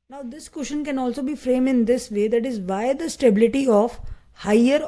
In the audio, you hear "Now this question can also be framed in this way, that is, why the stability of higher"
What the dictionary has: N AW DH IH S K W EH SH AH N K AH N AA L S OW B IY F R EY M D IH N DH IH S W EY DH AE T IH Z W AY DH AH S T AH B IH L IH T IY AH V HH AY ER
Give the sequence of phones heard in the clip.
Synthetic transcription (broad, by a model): N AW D IH S K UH SH AH N K AH N AA L S OW B IY F R EY M IH N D IH S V EY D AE T IH Z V AY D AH S T AH B IH L IH T IY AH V HH AY ER